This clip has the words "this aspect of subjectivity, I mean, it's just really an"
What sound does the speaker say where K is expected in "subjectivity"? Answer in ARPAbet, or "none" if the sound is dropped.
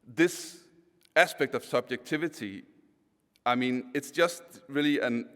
K